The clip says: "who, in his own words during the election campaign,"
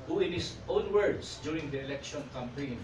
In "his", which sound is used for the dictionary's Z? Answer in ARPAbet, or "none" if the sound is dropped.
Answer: S